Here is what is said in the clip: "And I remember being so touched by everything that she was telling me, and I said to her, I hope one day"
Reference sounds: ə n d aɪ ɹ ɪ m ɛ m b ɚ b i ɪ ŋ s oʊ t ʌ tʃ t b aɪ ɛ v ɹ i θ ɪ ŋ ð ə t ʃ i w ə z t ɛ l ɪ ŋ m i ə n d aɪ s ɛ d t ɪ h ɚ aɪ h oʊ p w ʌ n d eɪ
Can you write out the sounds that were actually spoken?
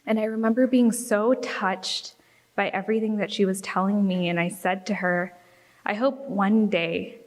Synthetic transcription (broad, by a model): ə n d aɪ ɹ ɪ m ɛ m b ɚ b i ɪ ŋ s oʊ t ʌ tʃ t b aɪ ɛ v ɹ i θ ɪ ŋ ð ə t ʃ i w ə z t ɛ l ɪ ŋ m i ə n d aɪ s ɛ d t ɪ ɚ aɪ h oʊ p w ʌ n d eɪ